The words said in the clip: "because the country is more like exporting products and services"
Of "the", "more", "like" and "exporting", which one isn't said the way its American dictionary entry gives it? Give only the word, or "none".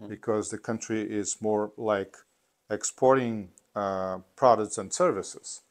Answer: none